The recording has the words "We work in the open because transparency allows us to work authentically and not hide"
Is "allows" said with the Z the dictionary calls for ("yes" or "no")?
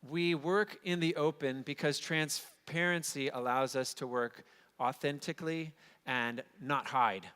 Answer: yes